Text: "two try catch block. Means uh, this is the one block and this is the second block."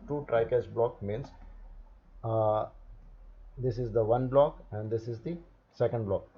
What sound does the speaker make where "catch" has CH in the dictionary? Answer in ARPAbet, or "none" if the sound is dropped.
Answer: S